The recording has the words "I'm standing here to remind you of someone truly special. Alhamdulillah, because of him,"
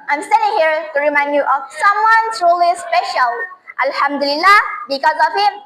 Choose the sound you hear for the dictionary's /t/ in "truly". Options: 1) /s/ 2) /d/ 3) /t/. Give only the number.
1